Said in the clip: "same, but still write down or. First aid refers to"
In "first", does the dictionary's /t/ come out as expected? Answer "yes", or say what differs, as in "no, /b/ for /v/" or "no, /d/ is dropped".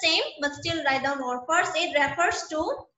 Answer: no, /t/ is dropped